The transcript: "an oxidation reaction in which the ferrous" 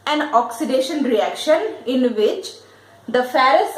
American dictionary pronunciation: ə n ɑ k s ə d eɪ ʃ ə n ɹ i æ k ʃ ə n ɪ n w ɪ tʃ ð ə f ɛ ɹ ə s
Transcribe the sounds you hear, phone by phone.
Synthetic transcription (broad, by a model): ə n ɑ k s ə d eɪ ʃ ə n ɹ i æ k ʃ ə n ɪ n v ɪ tʃ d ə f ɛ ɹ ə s